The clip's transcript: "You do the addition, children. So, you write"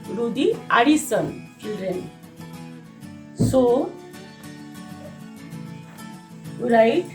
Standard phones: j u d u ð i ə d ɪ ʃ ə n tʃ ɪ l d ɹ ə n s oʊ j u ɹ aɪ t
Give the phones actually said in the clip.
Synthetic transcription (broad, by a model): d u d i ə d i s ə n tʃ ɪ l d ɹ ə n s oʊ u ɹ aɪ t